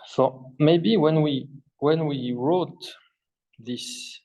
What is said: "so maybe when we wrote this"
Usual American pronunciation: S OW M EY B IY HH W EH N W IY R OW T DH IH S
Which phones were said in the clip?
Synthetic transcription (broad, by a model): S OW M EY B IY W W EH N W IY R OW T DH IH S